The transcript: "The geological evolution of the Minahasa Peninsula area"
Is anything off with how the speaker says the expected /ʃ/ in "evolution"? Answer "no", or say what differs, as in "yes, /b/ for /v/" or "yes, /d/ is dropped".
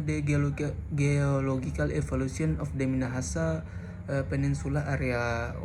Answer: yes, /s/ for /ʃ/